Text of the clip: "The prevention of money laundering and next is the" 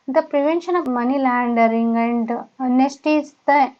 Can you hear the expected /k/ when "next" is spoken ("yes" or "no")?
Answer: no